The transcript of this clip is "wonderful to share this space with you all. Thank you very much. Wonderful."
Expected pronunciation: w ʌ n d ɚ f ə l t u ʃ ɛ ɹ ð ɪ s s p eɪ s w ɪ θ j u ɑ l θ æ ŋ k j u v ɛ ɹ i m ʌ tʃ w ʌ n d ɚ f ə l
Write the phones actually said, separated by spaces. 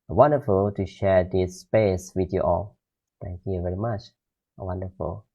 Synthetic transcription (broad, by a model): w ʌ n d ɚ f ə l t u ʃ ɛ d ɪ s s p eɪ s w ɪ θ j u ɑ l t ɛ ŋ k j u v ɛ ɹ i m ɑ tʃ w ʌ n d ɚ f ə l